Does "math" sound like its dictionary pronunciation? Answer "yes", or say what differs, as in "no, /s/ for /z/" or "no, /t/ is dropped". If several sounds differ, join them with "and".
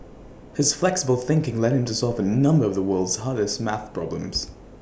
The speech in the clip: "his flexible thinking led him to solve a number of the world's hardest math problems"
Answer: yes